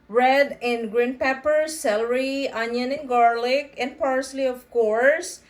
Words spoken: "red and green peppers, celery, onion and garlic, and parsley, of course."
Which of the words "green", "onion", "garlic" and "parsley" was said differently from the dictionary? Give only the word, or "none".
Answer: none